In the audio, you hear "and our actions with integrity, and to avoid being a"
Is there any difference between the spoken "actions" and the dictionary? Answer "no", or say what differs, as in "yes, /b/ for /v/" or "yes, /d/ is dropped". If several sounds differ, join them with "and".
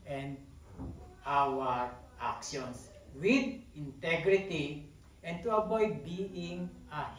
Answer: yes, /s/ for /z/